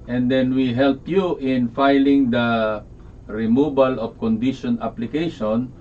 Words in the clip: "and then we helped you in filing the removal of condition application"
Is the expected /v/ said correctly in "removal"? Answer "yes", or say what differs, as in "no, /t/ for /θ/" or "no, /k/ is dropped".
no, /b/ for /v/